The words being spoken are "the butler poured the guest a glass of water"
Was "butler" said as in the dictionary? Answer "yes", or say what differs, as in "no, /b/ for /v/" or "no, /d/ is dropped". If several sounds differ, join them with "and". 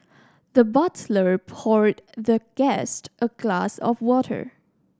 yes